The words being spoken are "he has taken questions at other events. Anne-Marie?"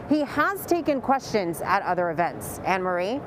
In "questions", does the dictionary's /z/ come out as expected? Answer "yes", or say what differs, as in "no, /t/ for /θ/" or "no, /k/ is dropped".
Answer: yes